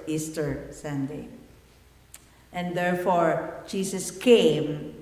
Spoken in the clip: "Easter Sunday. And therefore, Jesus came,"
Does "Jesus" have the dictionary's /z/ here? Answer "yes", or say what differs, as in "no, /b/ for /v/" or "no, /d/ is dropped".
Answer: no, /s/ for /z/